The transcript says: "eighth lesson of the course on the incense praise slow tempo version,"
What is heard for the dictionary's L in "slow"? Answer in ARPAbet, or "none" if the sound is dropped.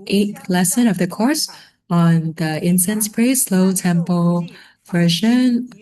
L